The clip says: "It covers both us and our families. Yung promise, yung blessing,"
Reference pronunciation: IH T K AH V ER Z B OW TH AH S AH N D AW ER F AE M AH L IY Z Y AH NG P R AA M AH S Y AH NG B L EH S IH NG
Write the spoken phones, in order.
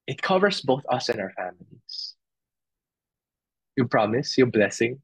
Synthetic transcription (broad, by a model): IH T K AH V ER S B OW TH AH S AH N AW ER F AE M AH L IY S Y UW P R AA M AH S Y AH B L EH S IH NG